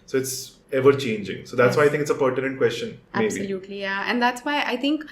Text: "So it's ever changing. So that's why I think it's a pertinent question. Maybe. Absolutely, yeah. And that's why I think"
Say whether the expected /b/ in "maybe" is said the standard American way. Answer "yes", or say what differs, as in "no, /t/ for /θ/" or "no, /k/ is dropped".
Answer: no, /b/ is dropped